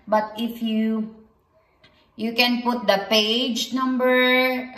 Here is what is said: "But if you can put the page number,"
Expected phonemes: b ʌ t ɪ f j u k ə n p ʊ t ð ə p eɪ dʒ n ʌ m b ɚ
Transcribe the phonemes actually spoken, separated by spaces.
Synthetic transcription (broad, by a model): b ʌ t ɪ f j u k ə n p ʊ t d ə p eɪ dʒ n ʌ m b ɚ